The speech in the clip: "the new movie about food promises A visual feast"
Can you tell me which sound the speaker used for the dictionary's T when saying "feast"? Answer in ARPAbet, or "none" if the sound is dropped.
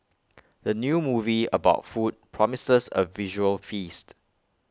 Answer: T